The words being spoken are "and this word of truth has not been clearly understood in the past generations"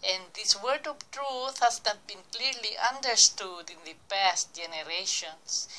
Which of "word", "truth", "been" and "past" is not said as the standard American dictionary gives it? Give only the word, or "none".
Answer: none